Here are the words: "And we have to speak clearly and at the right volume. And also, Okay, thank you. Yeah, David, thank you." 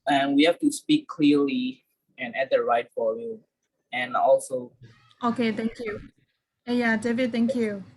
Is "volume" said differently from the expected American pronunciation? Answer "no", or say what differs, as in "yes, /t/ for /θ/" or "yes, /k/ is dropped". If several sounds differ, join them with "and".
yes, /f/ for /v/ and /l/ is dropped and /m/ is dropped